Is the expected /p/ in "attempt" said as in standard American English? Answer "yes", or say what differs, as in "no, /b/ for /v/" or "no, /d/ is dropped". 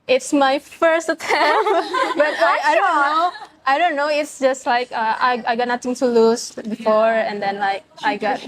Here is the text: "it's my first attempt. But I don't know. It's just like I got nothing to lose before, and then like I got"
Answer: no, /b/ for /p/